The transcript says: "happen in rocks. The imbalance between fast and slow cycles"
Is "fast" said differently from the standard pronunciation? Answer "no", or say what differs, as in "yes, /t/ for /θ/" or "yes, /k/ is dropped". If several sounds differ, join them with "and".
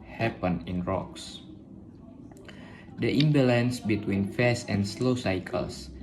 yes, /t/ is dropped